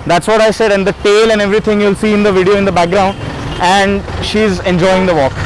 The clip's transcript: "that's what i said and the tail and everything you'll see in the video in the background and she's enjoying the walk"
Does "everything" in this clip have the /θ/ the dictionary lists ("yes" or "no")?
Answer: no